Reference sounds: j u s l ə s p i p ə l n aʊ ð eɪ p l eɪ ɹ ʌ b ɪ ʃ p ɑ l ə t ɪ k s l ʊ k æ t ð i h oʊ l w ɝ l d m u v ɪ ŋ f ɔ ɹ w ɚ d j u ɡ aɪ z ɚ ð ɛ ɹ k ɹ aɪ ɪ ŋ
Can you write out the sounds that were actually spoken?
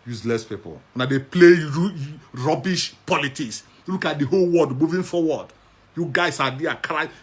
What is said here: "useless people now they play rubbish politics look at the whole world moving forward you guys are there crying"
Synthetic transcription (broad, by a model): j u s l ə s p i p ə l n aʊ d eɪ p l eɪ ɹ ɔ b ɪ ʃ p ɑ l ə t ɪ k s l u k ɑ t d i h oʊ l w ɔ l d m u v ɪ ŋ f ɔ w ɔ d j u ɡ aɪ s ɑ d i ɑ k ɹ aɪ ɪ